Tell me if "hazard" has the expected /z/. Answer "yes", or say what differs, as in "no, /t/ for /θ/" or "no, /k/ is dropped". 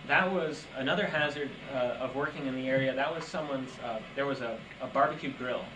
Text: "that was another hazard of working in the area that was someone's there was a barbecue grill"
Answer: yes